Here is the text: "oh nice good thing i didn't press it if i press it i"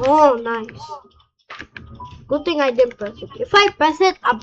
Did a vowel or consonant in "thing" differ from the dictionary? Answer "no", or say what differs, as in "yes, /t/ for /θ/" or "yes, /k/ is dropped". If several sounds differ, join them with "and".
yes, /t/ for /θ/